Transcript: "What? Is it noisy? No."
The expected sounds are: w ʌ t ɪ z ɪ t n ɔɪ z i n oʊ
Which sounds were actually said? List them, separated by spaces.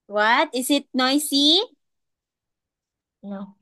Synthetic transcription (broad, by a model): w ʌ t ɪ s ɪ t n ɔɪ s i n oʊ